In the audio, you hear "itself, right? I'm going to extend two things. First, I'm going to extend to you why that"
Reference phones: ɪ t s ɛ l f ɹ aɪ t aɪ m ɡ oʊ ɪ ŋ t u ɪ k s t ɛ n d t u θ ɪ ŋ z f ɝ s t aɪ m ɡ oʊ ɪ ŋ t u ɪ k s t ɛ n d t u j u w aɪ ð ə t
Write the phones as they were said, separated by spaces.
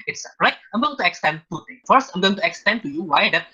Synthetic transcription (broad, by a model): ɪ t s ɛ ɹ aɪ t aɪ m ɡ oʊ t u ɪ k s t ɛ n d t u t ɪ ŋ f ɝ s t aɪ m ɡ oʊ ɪ ŋ t u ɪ k s t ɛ n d t u j u w aɪ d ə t